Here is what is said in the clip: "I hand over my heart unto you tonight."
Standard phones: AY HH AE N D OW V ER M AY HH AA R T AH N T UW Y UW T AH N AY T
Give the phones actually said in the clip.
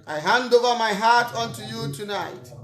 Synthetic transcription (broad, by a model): AY HH AE N D OW V ER M AY HH AA R T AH N T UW Y UW T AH N AY T